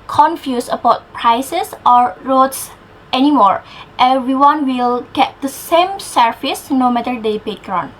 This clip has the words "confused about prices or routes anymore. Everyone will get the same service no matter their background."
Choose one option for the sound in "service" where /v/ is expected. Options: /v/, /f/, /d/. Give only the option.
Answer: /f/